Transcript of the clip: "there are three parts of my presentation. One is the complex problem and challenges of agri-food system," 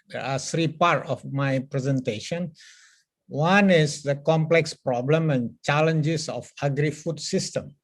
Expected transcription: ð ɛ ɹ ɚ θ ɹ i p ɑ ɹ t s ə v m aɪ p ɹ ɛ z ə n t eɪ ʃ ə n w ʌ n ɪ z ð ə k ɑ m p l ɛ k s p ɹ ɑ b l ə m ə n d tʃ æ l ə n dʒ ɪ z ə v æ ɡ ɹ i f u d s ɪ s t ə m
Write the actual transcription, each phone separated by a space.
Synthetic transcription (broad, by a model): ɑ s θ ɹ i p ɑ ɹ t ə f m aɪ p ɹ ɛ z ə n t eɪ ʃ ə n w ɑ n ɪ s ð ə k ɑ m p l ɛ k s p ɹ ɑ b l ə m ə n tʃ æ l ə n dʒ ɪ s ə f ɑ ɡ ɹ i f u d s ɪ s t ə m